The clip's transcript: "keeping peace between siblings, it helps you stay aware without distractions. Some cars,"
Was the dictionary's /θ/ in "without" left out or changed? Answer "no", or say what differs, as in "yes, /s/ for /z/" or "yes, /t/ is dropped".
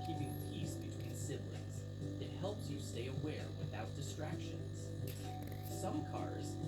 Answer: no